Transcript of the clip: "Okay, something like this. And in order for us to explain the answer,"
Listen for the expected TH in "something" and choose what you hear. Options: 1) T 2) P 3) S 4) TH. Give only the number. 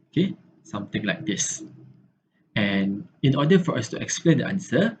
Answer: 1